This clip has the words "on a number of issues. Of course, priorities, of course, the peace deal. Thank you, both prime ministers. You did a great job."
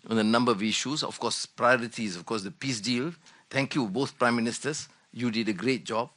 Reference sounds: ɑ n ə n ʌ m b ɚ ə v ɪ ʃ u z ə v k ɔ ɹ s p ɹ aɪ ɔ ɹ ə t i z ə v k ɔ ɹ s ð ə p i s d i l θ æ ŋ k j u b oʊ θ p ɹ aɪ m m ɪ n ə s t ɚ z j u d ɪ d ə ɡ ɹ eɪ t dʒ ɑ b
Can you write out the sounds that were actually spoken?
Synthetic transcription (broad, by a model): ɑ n ə n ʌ m b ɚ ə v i ʃ u s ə f k ɔ s p ɹ aɪ ɔ ɹ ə t i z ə f k ɔ s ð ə p i s d i l t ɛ ŋ k j u b oʊ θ p ɹ aɪ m m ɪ n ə s t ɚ s j u d ɪ d ə ɡ ɹ eɪ t dʒ ɑ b